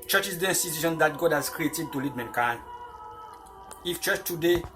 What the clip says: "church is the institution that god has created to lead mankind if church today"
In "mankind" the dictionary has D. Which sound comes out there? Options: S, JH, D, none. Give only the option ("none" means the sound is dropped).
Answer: none